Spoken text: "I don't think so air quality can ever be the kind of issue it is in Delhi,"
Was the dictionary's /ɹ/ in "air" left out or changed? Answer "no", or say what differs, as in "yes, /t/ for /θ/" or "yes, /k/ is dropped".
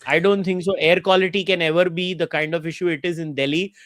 no